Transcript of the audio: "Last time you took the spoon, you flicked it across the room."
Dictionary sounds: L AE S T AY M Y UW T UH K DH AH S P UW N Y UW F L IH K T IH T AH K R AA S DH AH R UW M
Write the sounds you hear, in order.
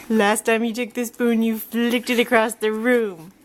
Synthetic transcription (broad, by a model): L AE S T AY M Y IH T UH K DH AH S B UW N Y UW F L IH K T IH T AH K R AA S DH AH R UW M